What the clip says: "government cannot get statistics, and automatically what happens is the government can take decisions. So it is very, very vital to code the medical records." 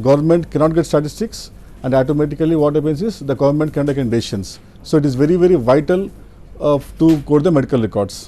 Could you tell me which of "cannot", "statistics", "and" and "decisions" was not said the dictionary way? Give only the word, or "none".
decisions